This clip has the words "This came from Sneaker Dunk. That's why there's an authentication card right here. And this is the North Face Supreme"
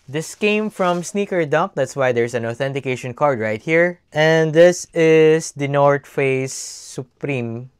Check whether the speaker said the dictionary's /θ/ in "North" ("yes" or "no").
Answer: no